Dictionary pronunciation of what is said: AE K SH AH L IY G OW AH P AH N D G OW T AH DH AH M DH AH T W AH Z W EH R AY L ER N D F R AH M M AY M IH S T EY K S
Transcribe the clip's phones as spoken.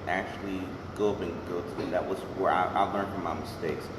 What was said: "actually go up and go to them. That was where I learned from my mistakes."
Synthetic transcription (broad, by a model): AE K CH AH L IY G OW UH B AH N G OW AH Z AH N DH AH T W AH Z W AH R AY L ER N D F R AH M M AY M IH S T EY K S